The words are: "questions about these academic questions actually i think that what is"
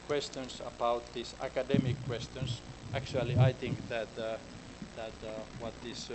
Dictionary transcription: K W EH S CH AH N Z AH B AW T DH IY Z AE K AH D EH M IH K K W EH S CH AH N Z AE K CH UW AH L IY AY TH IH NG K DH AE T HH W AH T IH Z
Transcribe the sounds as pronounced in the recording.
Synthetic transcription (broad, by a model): K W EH S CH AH N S AH B AW T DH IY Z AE K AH D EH M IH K K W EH S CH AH N S AE K CH UW AH L IY AY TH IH NG K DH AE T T W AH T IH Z